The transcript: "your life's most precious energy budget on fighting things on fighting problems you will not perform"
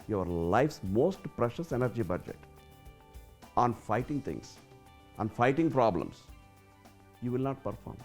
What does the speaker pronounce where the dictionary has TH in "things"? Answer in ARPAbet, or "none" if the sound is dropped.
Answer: T